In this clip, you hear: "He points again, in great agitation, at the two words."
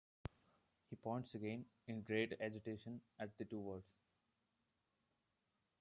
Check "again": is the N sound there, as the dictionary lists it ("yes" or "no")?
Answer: yes